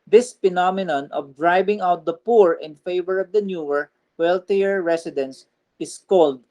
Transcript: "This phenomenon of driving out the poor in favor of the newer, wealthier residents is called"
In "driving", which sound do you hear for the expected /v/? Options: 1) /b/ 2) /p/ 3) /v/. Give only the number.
1